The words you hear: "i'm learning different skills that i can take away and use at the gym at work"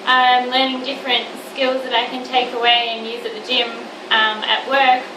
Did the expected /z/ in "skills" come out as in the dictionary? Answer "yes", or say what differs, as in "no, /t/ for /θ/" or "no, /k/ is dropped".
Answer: yes